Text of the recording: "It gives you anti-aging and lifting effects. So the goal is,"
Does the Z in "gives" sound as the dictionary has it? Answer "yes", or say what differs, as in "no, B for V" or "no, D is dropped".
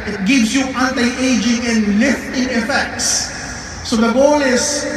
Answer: no, S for Z